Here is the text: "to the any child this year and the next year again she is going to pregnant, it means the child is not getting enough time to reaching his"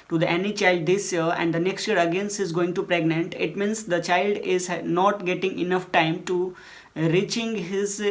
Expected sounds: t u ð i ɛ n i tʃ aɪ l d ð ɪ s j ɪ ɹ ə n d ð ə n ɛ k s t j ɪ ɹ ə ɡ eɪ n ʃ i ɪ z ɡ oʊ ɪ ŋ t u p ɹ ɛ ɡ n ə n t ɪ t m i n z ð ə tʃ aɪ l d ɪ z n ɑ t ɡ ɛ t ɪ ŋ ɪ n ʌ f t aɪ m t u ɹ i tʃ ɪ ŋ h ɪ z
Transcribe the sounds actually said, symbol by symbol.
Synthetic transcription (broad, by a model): t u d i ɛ n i tʃ aɪ l d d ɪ s j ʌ ɹ ə n d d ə n ɛ k s t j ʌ ɹ ə ɡ eɪ n s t ɪ z ɡ oʊ ɪ ŋ t u p ɹ ɛ ɡ n ə n t ɪ t m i n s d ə tʃ aɪ l d ɪ z n ɑ t ɡ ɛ t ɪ ŋ ɪ n ʌ f t aɪ m t u ɹ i tʃ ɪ ŋ h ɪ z